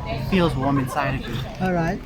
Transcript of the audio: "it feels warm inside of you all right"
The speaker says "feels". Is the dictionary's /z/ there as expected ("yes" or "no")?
yes